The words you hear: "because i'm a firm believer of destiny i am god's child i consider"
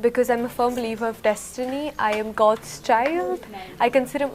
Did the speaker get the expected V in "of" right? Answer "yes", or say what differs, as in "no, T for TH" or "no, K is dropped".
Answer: yes